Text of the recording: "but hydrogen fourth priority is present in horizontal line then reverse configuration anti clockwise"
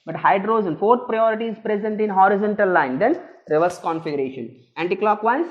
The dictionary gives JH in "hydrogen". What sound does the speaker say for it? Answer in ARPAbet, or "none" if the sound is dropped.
Z